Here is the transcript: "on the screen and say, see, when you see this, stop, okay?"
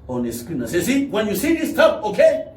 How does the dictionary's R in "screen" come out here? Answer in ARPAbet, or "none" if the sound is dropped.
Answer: none